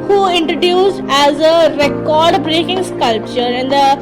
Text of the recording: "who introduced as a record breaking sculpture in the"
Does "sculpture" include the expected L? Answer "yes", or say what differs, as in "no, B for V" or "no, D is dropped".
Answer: yes